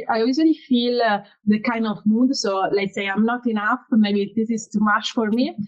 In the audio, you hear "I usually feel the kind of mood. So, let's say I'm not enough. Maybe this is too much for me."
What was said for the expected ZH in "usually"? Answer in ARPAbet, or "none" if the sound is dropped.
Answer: Z